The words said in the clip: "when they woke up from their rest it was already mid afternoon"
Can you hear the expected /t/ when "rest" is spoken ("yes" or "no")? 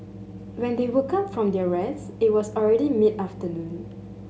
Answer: no